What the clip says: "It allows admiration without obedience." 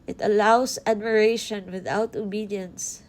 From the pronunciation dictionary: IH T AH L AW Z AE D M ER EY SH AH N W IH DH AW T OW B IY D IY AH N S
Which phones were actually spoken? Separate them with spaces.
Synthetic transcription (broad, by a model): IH T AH L AW S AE D M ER EY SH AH N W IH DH AW T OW B IY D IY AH N S